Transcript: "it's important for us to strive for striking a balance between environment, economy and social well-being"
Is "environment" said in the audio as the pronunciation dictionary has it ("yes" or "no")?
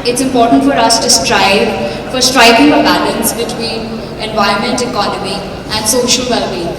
no